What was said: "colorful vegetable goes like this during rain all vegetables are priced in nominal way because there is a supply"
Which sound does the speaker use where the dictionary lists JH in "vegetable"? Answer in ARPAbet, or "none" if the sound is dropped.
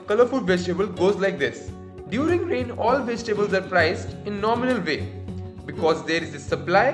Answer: JH